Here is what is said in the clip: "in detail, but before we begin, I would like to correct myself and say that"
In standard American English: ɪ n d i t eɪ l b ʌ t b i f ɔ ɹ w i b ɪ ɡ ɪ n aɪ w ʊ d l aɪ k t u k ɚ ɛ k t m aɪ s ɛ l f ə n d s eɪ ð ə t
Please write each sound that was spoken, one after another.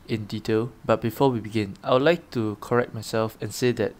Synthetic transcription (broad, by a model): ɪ n d i t eɪ l b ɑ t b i f ɔ w i b ɪ ɡ ɪ n aɪ w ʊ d l aɪ k t u k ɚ ɛ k t m aɪ s ɛ l f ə n s eɪ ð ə t